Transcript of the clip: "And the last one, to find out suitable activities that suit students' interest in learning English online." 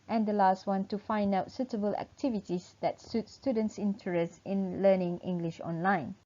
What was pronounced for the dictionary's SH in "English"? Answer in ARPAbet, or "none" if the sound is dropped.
SH